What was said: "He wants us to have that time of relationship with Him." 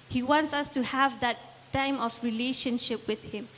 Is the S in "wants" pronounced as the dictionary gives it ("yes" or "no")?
yes